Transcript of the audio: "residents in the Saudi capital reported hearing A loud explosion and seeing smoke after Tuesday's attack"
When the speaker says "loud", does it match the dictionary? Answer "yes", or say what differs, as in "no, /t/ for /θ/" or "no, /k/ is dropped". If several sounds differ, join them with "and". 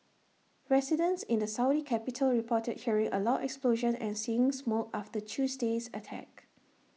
no, /d/ is dropped